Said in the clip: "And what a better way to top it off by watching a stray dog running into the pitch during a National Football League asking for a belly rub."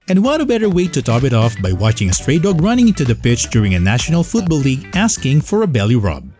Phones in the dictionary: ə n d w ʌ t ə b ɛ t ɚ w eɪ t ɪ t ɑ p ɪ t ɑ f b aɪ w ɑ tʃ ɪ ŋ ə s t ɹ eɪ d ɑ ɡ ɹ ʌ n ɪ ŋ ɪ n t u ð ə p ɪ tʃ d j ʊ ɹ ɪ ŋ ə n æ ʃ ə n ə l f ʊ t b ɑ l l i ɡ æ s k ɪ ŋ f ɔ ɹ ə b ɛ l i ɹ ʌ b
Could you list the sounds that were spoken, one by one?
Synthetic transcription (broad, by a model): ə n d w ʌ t ə b ɛ t ɚ w eɪ t ɪ t ɑ p ɪ t ɑ f b aɪ w ɑ tʃ ɪ ŋ ə s t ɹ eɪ d ɑ ɡ ɹ ʌ n ɪ ŋ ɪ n t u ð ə p ɪ tʃ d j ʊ ɹ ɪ ŋ ə n æ ʃ ə n ə l f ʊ t b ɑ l l i ɡ æ s k ɪ ŋ f ɔ ɹ ə b ɛ l i ɹ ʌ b